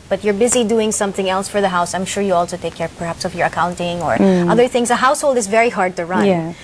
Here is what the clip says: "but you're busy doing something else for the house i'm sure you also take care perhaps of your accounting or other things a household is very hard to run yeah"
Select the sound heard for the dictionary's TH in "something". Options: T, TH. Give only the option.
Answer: TH